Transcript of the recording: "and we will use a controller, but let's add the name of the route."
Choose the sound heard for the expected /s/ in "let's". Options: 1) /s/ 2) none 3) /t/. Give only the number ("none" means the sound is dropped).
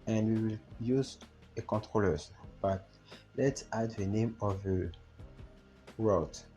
1